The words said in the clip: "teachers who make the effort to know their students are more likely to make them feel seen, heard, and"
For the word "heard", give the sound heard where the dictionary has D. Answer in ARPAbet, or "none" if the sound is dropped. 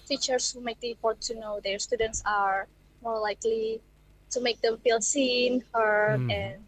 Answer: none